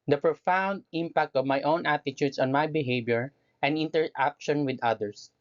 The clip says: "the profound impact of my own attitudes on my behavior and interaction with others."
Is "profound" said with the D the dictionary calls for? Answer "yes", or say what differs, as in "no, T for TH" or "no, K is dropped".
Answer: yes